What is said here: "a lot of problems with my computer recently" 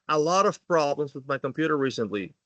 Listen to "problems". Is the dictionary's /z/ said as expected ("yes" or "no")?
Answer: yes